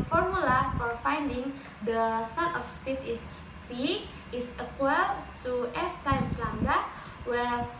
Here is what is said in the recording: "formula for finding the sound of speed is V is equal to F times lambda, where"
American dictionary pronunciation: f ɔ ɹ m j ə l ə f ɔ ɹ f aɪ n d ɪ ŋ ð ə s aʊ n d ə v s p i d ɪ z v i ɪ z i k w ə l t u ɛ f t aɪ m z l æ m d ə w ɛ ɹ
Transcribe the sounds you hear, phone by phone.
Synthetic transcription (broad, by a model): f ɔ ɹ m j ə l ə f ɔ ɹ f aɪ n d ɪ ŋ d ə s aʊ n ə f s p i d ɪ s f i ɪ s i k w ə l t u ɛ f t aɪ m s l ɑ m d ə w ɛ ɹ